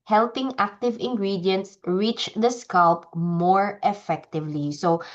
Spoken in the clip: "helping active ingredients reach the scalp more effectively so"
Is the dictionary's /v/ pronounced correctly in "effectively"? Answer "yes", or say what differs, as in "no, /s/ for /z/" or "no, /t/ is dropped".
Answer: yes